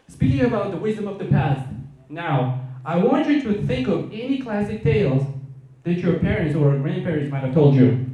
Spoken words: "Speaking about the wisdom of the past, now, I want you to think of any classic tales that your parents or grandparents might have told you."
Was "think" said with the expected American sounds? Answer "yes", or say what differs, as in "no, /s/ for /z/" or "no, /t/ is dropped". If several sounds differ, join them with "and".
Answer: yes